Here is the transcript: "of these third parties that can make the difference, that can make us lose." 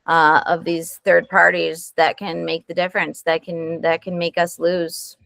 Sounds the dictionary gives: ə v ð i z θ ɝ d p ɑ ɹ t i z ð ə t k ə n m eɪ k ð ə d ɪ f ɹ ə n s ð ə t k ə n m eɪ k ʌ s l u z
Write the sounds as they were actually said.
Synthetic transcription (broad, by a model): ə v ð i z θ ɝ d p ɑ ɹ t i z ð ə t k ə n m eɪ k ð ə d ɪ f ɹ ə n s ð ə t k ə n m eɪ k ʌ s l u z